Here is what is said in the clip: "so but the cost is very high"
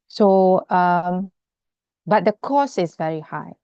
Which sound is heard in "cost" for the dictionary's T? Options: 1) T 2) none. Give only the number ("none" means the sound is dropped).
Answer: 2